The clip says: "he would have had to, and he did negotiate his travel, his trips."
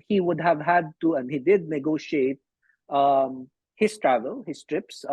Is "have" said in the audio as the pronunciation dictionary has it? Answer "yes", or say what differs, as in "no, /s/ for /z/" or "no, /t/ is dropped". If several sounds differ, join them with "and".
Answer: yes